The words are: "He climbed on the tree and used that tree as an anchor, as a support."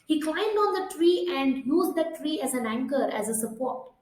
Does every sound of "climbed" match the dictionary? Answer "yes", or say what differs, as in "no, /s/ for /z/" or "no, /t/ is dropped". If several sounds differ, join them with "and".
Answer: yes